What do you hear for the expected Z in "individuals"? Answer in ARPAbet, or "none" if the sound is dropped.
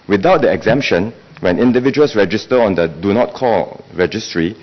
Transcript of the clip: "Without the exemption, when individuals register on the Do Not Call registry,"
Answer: S